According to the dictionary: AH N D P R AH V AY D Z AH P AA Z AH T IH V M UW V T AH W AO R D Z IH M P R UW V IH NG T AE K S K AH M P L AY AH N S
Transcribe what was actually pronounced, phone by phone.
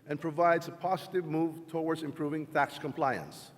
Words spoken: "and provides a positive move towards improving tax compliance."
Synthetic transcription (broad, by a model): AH N P R AH V AY D Z AH P AA Z AH T IH V M UW V T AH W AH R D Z IH M P R UW V IH NG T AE K S K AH M P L AY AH N S